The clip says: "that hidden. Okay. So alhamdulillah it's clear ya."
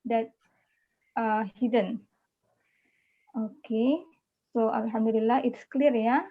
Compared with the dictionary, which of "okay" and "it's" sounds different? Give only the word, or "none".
none